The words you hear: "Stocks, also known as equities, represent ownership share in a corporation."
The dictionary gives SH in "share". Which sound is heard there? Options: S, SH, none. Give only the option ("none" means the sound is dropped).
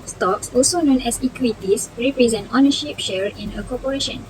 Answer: SH